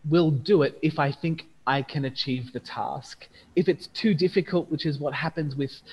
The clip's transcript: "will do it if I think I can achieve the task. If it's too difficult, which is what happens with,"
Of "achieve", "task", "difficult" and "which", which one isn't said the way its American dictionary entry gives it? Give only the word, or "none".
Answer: none